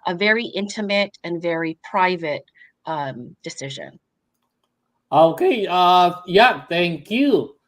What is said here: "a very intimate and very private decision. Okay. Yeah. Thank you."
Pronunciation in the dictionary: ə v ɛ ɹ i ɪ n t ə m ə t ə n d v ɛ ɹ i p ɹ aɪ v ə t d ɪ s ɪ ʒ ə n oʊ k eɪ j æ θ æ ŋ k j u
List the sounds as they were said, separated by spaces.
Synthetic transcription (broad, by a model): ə v ɛ ɹ i ɪ n t ə m ə t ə n v ɛ ɹ i p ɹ aɪ v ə t d ɪ s ɪ ʒ ə n oʊ k eɪ j æ θ æ ŋ k j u